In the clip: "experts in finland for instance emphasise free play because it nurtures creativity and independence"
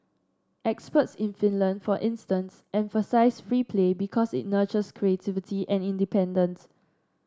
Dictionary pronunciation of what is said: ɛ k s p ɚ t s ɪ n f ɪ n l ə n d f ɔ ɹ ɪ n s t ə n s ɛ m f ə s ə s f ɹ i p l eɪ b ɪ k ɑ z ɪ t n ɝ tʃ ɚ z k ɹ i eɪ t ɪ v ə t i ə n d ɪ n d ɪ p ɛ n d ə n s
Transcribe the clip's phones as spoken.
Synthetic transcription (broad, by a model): ɛ k s p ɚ t s ɪ n f ɪ n l ə n d f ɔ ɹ ɪ n s t ə n s ɛ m f ə s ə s f ɹ i p l eɪ b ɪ k ɑ s ɪ t n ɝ tʃ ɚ s k ɹ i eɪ t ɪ v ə t i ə n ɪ n d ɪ p ɛ n d ə n s